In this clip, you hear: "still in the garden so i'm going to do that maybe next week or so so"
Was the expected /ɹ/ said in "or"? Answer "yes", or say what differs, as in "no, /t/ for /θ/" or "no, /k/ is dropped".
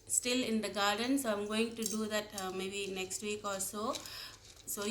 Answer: no, /l/ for /ɹ/